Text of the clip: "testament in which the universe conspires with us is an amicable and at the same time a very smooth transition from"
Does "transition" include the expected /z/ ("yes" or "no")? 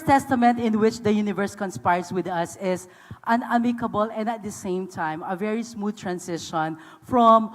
no